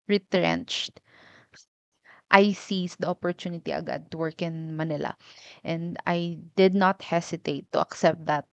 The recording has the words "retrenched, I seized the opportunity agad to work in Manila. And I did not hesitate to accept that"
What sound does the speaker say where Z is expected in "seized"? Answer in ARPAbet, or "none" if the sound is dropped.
S